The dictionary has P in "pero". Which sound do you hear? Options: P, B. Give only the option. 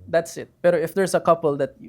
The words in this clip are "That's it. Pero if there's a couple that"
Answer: B